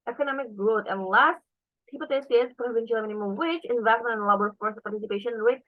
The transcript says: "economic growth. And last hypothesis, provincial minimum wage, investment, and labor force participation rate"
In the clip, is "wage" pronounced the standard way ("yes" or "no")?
no